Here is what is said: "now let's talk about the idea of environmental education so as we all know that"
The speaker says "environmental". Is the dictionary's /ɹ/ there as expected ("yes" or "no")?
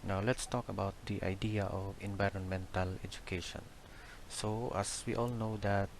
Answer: yes